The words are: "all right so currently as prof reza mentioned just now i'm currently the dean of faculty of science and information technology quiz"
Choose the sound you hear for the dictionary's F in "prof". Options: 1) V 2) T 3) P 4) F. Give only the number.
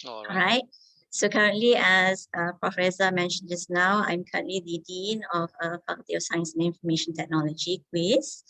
4